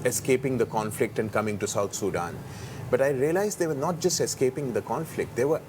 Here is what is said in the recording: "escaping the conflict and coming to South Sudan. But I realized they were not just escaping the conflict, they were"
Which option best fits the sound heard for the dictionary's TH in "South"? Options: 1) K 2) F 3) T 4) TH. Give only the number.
3